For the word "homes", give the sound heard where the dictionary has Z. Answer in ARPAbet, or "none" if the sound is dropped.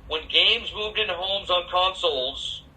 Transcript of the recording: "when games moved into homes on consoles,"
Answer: Z